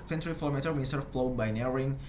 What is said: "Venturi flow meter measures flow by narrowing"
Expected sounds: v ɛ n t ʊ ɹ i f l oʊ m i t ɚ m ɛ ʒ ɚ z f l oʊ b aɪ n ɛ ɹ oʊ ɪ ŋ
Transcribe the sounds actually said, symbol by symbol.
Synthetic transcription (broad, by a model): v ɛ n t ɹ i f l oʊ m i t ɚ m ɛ s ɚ f l oʊ b aɪ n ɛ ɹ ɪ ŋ